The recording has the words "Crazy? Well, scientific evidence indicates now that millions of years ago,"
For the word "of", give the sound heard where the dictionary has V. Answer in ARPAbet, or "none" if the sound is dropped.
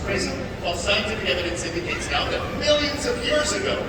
V